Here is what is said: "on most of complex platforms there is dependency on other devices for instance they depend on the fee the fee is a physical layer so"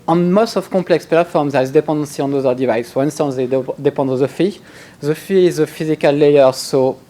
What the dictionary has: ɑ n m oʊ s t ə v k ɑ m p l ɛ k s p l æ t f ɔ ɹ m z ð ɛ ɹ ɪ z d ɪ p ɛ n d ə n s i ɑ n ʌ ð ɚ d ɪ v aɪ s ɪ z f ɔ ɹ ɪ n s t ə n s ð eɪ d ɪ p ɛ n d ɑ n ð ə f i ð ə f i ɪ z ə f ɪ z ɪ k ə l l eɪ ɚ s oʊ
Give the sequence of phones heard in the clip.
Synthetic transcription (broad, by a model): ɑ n m oʊ s t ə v k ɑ p l ɛ k s p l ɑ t f ɔ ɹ m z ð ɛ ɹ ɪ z d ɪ p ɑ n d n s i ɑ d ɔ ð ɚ d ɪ v aɪ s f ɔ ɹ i n s t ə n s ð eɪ d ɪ p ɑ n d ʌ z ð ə f i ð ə f i ɪ z ə f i z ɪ k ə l l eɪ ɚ s oʊ